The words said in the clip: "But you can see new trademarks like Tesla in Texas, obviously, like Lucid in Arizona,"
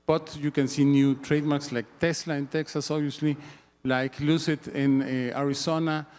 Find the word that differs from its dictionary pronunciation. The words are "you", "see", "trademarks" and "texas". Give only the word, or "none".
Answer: none